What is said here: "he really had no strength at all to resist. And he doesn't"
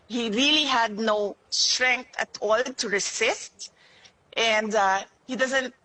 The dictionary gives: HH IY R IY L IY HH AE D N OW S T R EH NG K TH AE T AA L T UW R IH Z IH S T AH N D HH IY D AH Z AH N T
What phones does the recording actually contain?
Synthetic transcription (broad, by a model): HH IY R IY L IY HH AE D N OW S T R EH NG K T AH T AA L T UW R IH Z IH S T AH N D HH IY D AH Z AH N T